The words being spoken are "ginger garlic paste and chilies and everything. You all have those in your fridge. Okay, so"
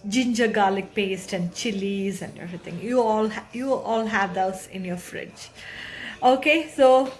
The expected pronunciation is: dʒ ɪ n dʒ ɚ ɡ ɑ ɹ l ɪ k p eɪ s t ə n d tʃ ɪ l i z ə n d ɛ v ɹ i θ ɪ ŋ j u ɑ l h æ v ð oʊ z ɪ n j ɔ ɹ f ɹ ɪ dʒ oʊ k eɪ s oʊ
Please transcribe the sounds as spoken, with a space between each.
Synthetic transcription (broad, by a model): dʒ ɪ n dʒ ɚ ɡ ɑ l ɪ k p eɪ s t ə n d tʃ ɪ l i z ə n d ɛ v ɹ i t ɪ ŋ j u ɑ l h æ v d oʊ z ɪ n j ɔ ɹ f ɹ ɪ dʒ oʊ k eɪ s oʊ